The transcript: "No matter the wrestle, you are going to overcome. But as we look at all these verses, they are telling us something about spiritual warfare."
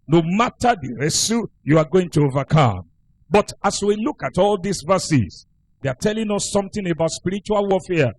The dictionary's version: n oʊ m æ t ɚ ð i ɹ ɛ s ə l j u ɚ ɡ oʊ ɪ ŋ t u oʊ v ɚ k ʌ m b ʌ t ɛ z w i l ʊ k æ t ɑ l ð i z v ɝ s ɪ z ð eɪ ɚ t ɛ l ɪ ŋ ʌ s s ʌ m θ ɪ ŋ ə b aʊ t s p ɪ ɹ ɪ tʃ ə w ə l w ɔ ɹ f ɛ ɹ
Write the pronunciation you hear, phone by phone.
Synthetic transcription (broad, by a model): n oʊ m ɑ t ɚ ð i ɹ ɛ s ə j u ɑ ɡ oʊ ɪ ŋ t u oʊ v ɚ k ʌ m b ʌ t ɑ s w i l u k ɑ t ɑ l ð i s v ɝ s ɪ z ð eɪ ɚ t ɛ l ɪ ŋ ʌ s s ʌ m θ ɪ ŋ ə b aʊ t s p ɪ ɹ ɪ tʃ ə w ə l w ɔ f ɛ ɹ